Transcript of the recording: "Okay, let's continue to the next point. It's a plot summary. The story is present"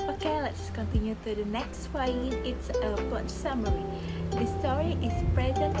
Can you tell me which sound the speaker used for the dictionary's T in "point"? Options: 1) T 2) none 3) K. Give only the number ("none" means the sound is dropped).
2